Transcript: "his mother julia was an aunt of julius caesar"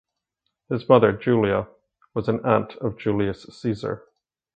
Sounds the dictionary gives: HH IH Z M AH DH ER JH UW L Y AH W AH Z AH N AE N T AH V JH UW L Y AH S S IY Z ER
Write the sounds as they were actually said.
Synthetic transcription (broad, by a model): HH IH Z M AH DH ER JH UW L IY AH W AH Z AH N AE N T AH V JH UW L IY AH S S IY Z ER